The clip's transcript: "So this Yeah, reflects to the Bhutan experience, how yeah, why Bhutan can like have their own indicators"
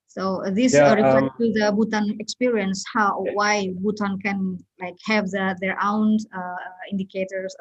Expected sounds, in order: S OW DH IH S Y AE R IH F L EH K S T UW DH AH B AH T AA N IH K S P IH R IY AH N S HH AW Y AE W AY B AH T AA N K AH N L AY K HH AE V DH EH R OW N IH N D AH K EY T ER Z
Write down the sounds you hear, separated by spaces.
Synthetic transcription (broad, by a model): S OW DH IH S R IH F EH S T UW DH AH B AH T AA N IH K S P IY R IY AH N S HH AW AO W AY B AH T AA N K AH N L AY K HH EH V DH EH R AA N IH N D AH K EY T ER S